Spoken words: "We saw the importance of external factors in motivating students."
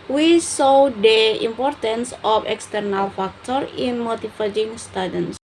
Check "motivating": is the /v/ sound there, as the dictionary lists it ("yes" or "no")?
no